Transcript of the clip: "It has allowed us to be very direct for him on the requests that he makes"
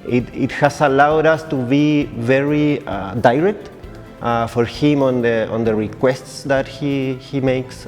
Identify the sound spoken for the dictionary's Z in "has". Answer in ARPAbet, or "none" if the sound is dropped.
S